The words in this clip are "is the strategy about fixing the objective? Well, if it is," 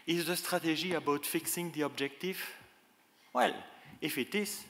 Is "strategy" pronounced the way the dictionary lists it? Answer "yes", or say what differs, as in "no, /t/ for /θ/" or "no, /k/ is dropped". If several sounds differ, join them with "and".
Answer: no, /ʒ/ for /dʒ/